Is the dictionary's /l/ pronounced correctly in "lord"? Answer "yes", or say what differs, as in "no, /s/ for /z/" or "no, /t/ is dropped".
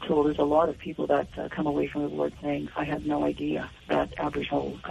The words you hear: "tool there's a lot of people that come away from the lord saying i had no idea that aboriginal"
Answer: no, /w/ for /l/